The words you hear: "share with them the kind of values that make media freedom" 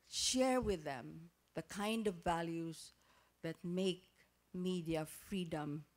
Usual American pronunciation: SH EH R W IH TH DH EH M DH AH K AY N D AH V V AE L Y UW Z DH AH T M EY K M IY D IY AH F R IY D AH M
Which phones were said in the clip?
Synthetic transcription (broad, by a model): SH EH R W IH DH EH M DH AH K AY N D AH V V AE L Y UW Z DH AH T M EY K M IY D IY AH F R IY D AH M